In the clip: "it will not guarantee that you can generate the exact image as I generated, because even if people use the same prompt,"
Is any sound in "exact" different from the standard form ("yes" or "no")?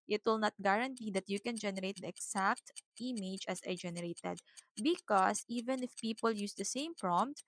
yes